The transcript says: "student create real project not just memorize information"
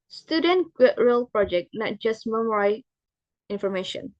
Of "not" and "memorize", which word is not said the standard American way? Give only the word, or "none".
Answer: memorize